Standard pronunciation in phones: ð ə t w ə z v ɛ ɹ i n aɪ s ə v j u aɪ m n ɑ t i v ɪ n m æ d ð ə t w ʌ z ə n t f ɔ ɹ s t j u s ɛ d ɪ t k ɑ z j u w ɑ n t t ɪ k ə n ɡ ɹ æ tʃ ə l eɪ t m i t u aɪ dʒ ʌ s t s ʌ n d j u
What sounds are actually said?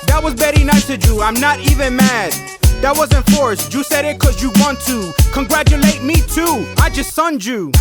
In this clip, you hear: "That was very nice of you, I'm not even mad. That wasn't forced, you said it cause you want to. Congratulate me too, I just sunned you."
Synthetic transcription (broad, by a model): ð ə t w ə z b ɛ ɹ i n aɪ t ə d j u aɪ m n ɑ t i v ɪ n m æ d ð ə t w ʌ z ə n f ɔ ɹ s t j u s ɛ d ɪ t k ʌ z j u w ɑ n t t ɪ k ə n ɡ ɹ æ tʃ ə l eɪ t m i t u aɪ dʒ ʌ s t s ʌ n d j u